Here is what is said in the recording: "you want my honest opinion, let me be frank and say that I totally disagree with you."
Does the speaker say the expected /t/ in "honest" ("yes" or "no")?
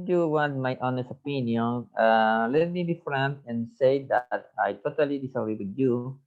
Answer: no